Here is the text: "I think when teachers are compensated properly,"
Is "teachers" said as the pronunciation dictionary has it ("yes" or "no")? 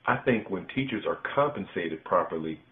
yes